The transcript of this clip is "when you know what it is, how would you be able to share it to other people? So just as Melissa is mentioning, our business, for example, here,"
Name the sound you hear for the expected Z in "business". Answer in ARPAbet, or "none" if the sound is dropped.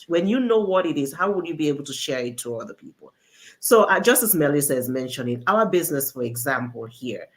Z